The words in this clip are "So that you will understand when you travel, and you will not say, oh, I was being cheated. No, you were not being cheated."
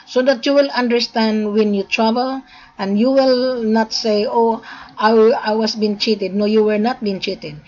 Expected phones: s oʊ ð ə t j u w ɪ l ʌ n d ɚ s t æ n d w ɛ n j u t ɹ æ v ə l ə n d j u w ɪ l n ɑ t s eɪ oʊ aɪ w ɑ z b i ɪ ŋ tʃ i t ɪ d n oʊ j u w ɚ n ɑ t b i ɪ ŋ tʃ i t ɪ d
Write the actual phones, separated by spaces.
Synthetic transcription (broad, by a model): s oʊ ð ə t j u w ɪ l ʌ n d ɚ s t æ n d w ɛ n j u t ɹ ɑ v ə l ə n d j u w ɪ l n ɑ t s eɪ oʊ aɪ w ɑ s b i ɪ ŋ tʃ i t ɪ d n oʊ j u w ɚ n ɑ t b i ɪ ŋ tʃ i t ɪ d